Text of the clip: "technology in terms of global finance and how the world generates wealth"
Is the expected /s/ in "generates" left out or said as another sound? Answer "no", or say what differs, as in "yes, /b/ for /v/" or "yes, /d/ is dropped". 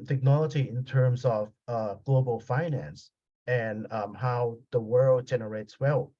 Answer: no